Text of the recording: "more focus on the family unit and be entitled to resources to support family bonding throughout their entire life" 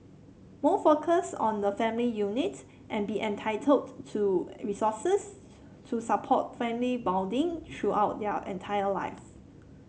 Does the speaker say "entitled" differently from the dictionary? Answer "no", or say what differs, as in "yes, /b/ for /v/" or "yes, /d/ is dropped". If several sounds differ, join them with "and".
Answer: no